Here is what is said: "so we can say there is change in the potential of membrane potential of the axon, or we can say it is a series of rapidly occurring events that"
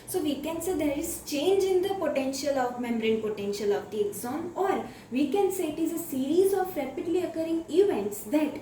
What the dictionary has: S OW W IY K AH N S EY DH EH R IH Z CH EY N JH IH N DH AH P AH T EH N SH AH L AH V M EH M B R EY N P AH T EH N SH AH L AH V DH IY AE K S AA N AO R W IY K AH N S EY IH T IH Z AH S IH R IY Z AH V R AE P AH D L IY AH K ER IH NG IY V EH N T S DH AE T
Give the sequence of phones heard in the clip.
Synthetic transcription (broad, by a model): S OW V IY K AH N S EY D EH R IH Z CH EY N JH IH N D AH P AH T EH N SH AH L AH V M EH M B R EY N P AH T EH N SH AH L AH V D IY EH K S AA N AO R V IY K AH N S EY IH T IH Z AH S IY R IY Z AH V R AE P AH D L IY AH K ER IH NG IY V EH N T S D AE T